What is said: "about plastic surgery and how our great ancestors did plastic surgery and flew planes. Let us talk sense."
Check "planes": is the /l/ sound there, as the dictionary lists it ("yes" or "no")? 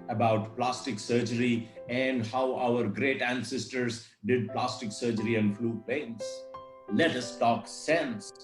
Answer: no